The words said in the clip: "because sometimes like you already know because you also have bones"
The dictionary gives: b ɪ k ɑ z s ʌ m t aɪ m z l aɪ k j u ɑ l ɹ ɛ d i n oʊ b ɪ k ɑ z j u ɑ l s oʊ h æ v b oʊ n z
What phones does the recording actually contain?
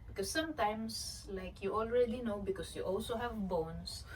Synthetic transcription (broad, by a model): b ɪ k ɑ s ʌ m t aɪ m s l aɪ k j u ɑ l ɹ ɛ d i n oʊ b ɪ k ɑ s j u ɑ l s oʊ h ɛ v b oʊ n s